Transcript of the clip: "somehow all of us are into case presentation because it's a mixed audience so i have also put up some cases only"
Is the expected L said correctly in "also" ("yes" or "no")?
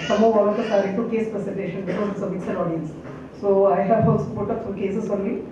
no